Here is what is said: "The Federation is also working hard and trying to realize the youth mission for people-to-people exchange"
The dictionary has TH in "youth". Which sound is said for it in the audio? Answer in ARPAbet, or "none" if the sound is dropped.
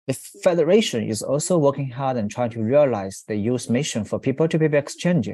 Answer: S